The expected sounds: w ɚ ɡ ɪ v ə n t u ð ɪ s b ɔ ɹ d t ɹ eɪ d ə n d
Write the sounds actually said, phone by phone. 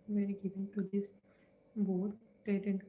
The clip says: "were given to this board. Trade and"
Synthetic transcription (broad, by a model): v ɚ ɡ ɪ v ə n t u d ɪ s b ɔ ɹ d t eɪ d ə n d